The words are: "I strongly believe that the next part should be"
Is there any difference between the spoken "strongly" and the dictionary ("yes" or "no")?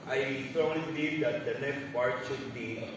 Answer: yes